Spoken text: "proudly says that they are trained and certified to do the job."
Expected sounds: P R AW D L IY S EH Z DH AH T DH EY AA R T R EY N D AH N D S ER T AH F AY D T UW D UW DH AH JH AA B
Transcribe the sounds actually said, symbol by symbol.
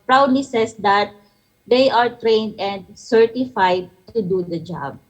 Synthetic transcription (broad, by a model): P R AW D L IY S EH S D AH T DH EY AA R T R EY N D AH N D S ER T AH F AY D T UW D UW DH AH JH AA B